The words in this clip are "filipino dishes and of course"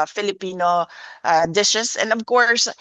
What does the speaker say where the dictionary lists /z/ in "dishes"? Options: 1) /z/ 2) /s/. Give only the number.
2